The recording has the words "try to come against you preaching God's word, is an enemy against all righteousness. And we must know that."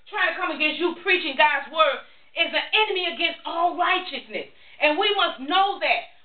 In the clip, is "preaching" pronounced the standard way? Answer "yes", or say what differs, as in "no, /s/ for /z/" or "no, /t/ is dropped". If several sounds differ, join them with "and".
yes